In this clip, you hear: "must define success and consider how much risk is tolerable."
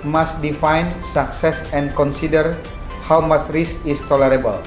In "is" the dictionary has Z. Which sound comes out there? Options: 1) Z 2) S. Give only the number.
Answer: 2